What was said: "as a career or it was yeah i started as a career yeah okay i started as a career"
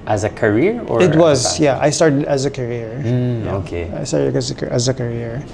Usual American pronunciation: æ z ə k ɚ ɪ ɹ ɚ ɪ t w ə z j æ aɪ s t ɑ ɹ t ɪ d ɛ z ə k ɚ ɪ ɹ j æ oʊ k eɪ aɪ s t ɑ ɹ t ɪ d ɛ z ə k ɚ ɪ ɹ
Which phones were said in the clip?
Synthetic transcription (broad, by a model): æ z ə k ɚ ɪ ɹ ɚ ɪ t w ə z j æ aɪ s t ɑ ɹ t ɪ d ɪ z ə k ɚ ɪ ɹ oʊ k eɪ aɪ s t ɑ ɹ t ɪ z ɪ z ə k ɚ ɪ ɹ